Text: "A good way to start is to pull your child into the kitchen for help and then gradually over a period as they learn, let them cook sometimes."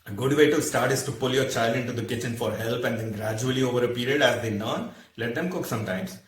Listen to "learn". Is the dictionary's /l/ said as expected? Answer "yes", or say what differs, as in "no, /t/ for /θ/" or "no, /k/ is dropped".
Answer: no, /n/ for /l/